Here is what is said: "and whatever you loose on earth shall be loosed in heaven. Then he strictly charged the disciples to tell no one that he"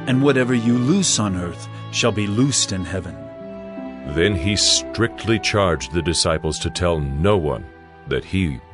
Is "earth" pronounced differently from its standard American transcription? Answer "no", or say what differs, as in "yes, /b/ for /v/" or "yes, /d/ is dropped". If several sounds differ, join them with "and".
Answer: no